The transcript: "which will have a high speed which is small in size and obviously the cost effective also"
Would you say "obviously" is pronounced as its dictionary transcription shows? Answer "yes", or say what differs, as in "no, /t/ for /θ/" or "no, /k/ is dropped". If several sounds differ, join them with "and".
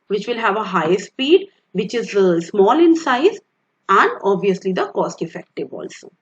yes